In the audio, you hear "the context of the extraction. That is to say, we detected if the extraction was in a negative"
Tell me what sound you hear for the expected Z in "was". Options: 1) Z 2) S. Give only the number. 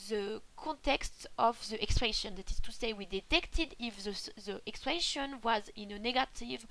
1